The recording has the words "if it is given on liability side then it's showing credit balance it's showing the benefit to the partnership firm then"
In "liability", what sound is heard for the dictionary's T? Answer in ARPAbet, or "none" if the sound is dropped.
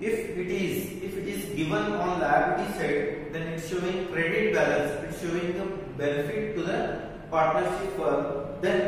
S